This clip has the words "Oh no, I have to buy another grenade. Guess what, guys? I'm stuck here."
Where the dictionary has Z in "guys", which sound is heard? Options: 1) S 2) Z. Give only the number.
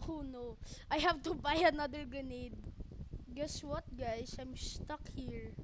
1